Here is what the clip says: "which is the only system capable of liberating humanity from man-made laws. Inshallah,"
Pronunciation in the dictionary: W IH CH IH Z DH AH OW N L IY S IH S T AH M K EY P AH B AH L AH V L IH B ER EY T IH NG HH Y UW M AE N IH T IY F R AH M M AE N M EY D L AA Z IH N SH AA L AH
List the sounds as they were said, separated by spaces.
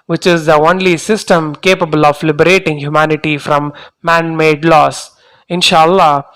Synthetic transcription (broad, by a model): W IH CH IH Z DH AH OW N L IY S IH S T AH M K EY P AH B AH L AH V L IH B ER EY T IH NG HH Y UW M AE N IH T IY F R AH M M AE N M EY D L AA S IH N SH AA L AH